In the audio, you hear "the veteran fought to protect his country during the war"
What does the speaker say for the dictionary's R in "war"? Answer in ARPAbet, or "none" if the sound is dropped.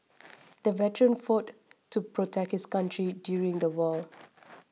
L